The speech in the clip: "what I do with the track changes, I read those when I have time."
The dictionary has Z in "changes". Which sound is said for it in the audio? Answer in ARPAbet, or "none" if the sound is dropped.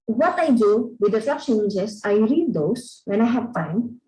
S